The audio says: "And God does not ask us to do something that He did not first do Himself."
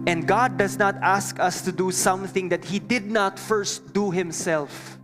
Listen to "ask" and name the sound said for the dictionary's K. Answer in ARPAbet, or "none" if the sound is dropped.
K